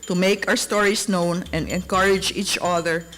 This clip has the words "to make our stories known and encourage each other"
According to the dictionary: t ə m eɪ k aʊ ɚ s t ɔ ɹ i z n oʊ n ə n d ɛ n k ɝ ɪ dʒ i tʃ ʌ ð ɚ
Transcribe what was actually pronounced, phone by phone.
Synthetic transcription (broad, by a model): t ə m eɪ k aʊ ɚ s t ɔ ɹ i s n oʊ n ə n d ɛ n k ɝ ɪ dʒ i tʃ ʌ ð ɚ